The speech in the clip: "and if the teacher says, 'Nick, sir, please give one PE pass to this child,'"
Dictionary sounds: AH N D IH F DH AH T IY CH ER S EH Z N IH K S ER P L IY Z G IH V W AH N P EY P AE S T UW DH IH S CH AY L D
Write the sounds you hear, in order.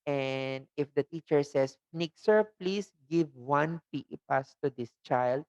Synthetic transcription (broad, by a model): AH N D IH F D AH T IY CH ER S EH S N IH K S ER P L IY S G IH V W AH N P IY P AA S T UW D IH S CH AY L D